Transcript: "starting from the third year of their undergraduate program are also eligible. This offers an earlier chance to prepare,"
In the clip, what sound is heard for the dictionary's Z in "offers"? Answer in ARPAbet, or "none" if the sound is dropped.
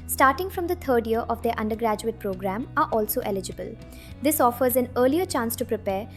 Z